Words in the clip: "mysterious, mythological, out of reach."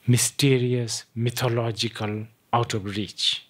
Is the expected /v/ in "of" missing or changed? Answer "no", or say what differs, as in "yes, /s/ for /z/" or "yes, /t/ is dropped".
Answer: yes, /b/ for /v/